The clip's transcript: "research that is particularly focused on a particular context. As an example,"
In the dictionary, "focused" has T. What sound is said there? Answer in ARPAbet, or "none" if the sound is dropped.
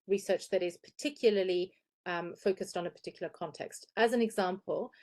T